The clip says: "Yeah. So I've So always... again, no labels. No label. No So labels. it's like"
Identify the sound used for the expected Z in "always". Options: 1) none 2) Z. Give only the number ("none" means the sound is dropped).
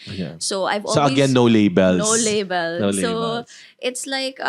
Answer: 1